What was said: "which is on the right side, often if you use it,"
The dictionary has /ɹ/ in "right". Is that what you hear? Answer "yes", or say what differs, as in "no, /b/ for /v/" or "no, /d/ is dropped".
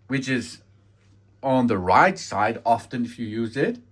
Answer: yes